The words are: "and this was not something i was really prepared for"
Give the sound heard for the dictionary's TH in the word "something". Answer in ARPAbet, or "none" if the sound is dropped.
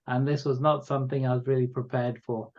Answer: TH